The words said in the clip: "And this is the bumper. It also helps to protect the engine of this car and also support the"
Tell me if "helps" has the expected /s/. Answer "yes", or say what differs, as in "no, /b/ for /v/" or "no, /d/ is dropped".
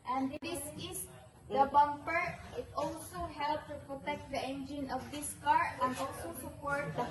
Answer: no, /s/ is dropped